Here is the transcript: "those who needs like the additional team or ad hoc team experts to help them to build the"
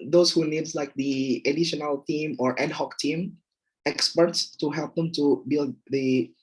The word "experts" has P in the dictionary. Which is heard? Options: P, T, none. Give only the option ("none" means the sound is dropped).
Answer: P